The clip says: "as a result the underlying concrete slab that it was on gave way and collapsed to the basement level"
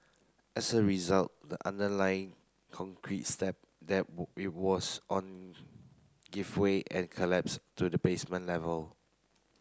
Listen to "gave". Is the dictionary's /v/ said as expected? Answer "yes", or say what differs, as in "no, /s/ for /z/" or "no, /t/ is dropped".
no, /f/ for /v/